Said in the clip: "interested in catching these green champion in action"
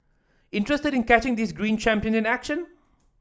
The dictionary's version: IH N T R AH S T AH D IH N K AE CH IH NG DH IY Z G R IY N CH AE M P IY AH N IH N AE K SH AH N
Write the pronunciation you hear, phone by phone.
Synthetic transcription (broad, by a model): IH N T R AH S T AH D IH N K AE CH IH NG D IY S G R IY N CH AE M P IY AH N IH N AE K SH AH N